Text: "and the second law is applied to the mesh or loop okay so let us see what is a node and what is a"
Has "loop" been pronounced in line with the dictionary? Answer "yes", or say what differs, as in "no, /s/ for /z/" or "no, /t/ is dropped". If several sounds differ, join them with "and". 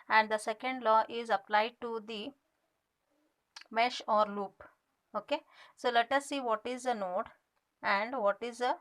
yes